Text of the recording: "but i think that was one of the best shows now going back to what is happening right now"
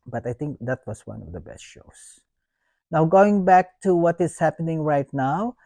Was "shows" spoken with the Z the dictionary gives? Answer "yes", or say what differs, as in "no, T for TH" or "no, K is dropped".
no, S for Z